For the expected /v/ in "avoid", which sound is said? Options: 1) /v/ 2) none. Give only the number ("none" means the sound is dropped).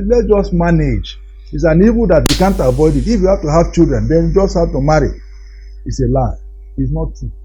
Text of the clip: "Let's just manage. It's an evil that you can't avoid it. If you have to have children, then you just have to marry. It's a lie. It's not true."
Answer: 1